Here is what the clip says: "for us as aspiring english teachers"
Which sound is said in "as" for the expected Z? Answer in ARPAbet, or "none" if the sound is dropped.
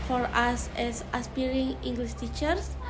S